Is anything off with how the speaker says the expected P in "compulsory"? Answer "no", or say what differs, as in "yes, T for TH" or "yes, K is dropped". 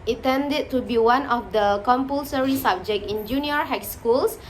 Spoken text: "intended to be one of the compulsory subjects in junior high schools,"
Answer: no